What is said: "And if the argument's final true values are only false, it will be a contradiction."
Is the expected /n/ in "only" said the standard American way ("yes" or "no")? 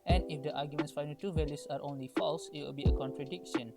yes